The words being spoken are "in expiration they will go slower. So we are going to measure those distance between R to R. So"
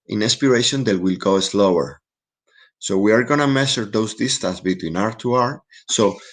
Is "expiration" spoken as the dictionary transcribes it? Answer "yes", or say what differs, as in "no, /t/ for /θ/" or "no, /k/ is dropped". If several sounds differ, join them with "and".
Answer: no, /k/ is dropped